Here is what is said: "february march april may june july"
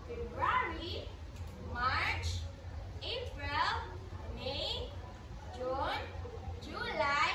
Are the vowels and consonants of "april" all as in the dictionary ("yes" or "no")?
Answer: yes